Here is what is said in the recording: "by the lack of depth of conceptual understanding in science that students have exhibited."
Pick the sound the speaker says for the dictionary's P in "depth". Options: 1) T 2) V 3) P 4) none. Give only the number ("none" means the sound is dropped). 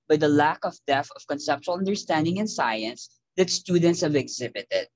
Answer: 4